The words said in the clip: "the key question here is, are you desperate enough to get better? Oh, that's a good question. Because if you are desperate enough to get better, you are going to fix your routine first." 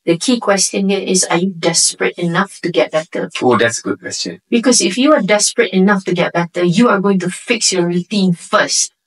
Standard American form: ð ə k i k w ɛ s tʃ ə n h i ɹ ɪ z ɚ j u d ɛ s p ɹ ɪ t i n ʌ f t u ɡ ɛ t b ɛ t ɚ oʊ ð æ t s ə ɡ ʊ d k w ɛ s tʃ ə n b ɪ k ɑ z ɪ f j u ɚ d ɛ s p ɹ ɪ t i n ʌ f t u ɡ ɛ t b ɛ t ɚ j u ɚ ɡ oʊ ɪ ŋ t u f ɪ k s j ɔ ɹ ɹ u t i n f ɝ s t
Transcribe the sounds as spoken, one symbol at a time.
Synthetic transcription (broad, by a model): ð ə k i k w ɛ s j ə n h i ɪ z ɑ j u d ɛ s p ɹ ɪ t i n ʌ f t u ɡ ɛ t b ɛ t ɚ oʊ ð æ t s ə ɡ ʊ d k w ɛ s tʃ ə n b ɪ k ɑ s ɪ f j u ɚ d ɛ s p ɹ ɪ t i n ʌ f t u ɡ ɛ t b ɛ t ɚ j u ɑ ɡ oʊ ɪ ŋ t u f ɪ k s j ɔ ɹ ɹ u t i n f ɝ s t